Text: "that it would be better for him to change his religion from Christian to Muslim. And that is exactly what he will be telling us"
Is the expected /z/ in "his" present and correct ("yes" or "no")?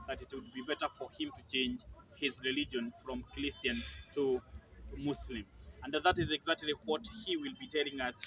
yes